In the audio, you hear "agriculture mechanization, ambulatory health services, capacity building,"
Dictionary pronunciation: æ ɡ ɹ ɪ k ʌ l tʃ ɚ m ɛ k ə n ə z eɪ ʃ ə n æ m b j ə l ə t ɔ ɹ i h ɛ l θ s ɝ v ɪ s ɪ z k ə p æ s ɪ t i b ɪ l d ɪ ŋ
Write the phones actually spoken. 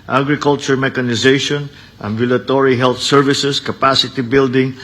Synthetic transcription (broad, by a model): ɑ ɡ ɹ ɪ k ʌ l tʃ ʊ m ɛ k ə n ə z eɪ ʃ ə n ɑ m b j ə l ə t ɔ ɹ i h ɛ l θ s ɝ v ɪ s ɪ s k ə p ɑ s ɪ t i b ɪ l d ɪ ŋ